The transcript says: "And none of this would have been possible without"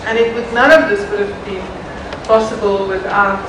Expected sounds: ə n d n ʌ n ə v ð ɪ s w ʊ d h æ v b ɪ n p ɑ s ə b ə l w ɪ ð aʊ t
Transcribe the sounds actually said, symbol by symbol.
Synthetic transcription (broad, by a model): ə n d n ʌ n ə v ð ɪ s w ʊ d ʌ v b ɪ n p ɑ s ə b ə l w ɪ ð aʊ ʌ